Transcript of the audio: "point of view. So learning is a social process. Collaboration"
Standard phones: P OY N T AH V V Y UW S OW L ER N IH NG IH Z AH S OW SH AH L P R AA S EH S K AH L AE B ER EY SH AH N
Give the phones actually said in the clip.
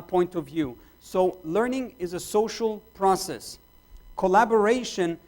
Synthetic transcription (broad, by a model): P OY N T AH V V Y UW S OW L ER N IH NG IH Z AH S OW SH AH L P R AA S EH S K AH L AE B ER EY SH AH N